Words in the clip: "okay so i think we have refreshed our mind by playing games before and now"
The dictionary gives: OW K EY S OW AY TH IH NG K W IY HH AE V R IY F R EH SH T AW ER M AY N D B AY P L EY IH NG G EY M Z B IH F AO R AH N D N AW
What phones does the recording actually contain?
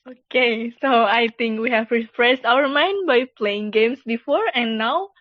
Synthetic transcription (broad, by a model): OW K EY S OW AY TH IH NG K W IY HH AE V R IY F R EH S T AW ER M AY N D B AY P L EY IH NG G EY M S B IH F AO R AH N N AW